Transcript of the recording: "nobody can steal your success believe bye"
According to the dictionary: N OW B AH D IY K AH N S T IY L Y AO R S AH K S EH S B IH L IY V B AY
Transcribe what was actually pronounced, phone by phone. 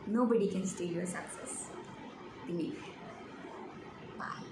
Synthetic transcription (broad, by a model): N OW B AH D IY K AH N S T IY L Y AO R S AH K S EH S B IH N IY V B AY